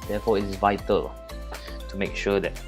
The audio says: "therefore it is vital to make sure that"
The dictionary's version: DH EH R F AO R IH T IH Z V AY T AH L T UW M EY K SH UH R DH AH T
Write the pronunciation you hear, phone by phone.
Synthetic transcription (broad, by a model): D EH F AO IH T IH S V AY T AH L T UW M EY K SH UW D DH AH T